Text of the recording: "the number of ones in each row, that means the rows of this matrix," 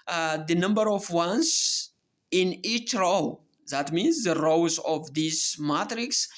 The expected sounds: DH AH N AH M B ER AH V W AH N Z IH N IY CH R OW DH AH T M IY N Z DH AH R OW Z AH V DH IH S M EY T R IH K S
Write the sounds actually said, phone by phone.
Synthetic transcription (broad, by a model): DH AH N AH M B ER AH V W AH N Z IH N IY CH R OW DH AH T M IY N Z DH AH R OW Z AH V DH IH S M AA T R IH K S